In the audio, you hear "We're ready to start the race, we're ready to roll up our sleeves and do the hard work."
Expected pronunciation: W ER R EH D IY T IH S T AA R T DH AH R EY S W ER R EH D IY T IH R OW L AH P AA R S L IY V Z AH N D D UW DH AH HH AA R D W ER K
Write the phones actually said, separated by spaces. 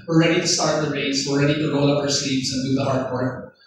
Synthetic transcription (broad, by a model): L R EH D IY T IH S T AA R T DH AH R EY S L R EH D IY T IH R OW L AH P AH R S IY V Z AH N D D UW DH AH HH AA R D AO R